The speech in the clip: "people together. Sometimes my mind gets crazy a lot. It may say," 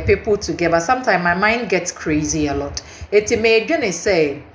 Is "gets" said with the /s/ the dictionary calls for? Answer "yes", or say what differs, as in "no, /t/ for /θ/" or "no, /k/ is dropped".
yes